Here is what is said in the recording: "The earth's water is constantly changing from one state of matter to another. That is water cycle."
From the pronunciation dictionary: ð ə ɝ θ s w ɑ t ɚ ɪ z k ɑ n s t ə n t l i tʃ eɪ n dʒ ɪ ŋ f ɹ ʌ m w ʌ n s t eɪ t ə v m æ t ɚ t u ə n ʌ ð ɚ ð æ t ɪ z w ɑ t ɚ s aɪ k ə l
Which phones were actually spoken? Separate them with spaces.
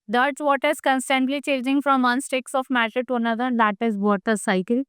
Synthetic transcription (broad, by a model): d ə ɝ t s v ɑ t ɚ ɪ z k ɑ n s t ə n t l i tʃ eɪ dʒ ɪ ŋ f ɹ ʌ m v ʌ n s t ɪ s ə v m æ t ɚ t u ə n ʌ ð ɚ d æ t ɪ z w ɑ t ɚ s aɪ k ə l